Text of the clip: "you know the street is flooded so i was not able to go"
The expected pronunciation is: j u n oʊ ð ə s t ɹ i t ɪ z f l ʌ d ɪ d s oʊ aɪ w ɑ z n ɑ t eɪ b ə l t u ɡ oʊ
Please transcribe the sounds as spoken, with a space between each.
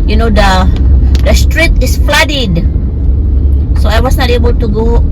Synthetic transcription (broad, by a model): j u n oʊ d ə s t ɹ i t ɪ s f l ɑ d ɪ d s oʊ aɪ w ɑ s n ɑ t eɪ b ə l t u ɡ oʊ